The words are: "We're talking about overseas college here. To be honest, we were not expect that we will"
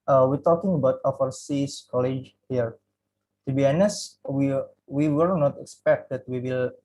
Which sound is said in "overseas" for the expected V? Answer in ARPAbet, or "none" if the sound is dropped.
F